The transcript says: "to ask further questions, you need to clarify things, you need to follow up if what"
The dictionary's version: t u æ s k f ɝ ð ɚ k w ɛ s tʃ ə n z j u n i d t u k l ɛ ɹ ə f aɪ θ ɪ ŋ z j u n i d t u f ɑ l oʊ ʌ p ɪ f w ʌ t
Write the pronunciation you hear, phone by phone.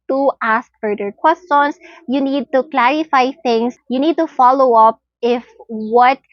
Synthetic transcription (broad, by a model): t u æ s k f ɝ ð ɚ k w ɛ s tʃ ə n s j u n i d t u k l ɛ ɹ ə f aɪ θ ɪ ŋ s j u n i d t u f ɑ l oʊ ʌ p ɪ f w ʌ t